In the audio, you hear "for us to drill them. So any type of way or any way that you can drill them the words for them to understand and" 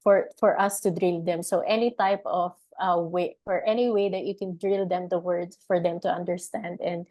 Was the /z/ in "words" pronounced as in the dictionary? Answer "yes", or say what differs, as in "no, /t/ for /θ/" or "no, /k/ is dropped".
no, /z/ is dropped